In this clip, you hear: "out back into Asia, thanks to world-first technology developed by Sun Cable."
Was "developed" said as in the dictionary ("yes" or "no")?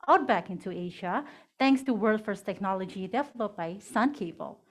no